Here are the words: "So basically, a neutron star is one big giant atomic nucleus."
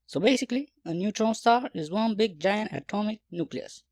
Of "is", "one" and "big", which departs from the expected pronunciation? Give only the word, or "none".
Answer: none